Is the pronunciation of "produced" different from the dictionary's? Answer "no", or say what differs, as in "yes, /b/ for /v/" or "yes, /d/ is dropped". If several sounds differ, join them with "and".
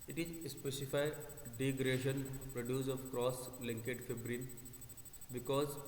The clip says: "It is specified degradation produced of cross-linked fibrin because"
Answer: yes, /t/ is dropped